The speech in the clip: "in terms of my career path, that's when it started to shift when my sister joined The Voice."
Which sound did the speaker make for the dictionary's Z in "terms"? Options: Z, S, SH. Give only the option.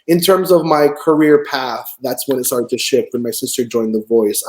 Z